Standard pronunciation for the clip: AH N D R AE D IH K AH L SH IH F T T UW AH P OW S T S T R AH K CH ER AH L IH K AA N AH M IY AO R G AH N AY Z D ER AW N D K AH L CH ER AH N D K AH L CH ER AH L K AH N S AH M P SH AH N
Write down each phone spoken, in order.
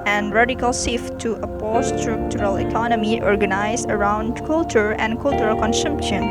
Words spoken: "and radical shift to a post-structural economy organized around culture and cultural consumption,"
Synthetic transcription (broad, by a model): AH N D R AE D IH K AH L S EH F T T UW AH P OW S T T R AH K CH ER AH L IH K AA N AH M IY AO R G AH N AY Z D ER AW N D K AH L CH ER AH N D K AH L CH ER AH L K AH N S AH M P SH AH N